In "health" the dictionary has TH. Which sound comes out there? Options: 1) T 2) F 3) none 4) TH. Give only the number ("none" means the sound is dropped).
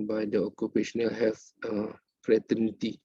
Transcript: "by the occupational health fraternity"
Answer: 2